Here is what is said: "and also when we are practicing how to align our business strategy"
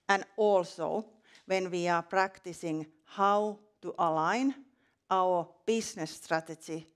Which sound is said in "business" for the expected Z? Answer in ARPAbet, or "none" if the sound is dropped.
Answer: S